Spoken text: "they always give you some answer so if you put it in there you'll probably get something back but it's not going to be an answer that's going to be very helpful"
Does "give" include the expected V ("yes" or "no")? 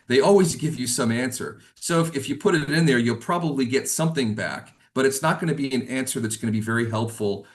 yes